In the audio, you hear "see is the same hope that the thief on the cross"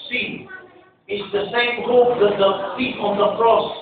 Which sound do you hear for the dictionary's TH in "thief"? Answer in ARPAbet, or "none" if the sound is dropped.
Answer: F